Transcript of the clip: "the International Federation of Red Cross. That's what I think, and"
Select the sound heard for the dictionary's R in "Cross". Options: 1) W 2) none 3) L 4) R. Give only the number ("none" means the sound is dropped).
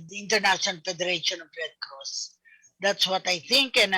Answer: 2